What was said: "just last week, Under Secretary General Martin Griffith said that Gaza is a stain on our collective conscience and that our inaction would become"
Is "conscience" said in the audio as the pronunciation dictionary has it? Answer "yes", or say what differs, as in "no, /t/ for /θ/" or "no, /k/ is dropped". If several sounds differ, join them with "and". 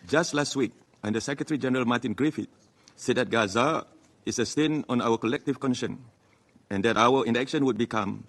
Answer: no, /s/ is dropped